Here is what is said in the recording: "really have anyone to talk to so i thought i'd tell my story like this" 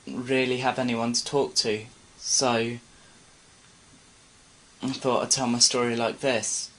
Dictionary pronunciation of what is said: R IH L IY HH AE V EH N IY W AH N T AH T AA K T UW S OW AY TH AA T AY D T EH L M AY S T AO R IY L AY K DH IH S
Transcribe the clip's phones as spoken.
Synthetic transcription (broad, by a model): R IH L IY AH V EH N IY W AH N T AH T AA K T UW S OW AY TH AA T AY T EH L M AY S T AO R IY L AY K DH IH S